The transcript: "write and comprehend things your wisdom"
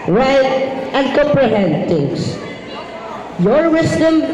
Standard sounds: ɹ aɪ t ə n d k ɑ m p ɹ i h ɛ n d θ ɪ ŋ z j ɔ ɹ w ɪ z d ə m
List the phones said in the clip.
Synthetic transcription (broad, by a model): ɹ aɪ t ə n d k ɑ m p ɹ i h ɛ n d t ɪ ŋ s j ɔ ɹ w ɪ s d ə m